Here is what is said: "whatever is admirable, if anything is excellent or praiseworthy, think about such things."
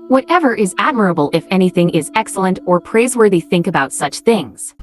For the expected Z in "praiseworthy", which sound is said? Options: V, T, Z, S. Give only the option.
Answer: Z